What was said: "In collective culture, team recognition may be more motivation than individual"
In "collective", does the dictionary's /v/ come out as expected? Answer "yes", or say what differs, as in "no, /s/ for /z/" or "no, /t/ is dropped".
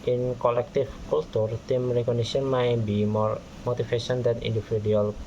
no, /f/ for /v/